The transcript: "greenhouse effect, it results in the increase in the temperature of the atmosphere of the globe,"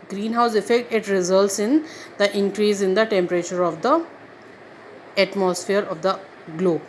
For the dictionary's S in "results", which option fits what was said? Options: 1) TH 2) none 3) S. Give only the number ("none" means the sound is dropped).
3